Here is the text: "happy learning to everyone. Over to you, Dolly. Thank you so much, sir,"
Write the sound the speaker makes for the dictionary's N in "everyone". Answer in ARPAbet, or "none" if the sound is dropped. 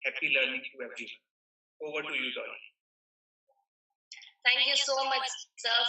none